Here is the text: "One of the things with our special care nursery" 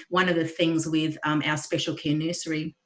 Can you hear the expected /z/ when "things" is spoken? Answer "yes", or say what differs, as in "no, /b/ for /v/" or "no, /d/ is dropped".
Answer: yes